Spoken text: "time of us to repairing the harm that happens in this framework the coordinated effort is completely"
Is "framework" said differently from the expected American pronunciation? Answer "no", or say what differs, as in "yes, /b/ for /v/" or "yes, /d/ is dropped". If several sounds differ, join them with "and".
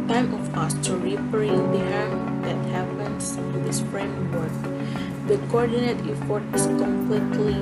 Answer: yes, /p/ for /f/